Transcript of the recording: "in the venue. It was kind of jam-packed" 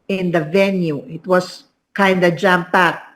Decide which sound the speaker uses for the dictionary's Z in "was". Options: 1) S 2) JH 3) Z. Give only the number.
1